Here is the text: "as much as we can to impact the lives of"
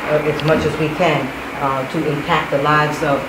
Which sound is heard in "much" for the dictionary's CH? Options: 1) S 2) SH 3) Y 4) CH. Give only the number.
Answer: 4